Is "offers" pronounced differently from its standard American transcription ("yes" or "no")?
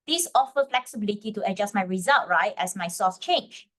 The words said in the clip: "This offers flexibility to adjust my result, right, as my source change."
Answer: yes